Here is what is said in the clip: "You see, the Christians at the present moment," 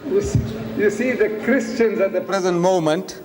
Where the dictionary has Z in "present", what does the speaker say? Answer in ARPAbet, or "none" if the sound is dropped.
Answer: Z